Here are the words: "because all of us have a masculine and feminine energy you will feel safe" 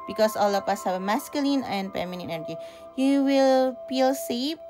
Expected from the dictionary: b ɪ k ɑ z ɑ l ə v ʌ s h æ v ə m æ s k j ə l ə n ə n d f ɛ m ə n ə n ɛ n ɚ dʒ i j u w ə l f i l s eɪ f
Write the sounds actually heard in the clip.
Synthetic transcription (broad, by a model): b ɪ k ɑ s ɑ l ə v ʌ s h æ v m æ s k j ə l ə n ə n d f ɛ m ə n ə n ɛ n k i j u w ə l f i l s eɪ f